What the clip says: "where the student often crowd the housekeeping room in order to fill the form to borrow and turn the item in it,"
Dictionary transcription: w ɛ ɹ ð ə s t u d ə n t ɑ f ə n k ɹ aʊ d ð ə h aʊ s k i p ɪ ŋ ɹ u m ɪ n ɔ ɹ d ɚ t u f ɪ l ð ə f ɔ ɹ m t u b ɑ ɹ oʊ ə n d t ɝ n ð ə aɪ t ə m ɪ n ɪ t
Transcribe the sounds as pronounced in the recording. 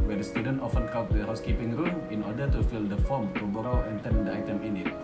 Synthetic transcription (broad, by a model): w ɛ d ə s t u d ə n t ɑ f ə n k aʊ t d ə h aʊ s k i p ɪ ŋ ɹ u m ɪ n ɔ d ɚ t u f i l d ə f ɔ m t u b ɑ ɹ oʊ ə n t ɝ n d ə aɪ t ə m ɪ n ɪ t